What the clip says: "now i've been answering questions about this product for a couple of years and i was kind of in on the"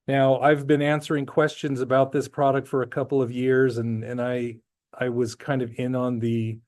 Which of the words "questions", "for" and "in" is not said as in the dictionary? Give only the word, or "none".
none